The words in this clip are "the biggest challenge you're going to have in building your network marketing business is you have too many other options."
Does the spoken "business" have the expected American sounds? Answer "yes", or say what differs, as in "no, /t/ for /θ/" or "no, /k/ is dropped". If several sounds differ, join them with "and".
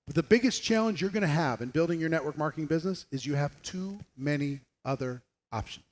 yes